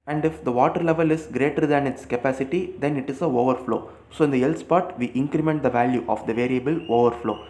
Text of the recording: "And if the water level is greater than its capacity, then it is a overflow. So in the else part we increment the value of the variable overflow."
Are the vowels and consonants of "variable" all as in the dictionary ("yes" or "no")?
yes